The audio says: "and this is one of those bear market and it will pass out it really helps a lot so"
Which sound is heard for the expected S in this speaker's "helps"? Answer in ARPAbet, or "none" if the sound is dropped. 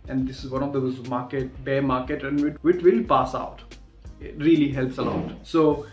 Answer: S